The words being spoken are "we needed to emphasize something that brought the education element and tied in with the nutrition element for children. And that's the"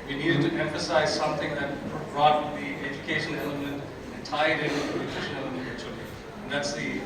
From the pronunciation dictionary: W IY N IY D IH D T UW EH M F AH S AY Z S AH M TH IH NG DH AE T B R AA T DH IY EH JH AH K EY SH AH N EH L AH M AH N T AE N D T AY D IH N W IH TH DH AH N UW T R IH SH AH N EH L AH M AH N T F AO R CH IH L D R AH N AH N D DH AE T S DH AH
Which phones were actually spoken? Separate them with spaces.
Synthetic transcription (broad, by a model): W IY N IY D IH D T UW EH M F AH S AY Z S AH M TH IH NG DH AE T B R AA T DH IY EH JH AH K EY SH AH N EH L AH M AH N T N T AY D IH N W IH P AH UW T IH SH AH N EH L AH M AH N T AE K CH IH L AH AH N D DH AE T S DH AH